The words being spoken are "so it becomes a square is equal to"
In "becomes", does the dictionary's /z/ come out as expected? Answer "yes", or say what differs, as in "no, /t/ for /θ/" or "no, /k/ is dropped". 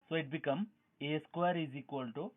no, /z/ is dropped